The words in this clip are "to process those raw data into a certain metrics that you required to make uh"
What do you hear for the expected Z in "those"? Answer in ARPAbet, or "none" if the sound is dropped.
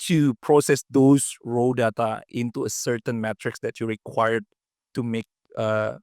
S